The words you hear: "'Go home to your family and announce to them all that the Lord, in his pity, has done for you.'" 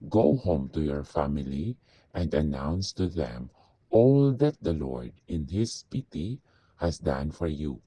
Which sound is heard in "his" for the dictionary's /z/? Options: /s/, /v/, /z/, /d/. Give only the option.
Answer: /s/